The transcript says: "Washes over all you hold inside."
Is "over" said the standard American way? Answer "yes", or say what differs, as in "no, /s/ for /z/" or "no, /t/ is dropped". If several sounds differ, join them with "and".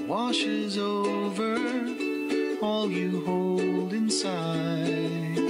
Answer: yes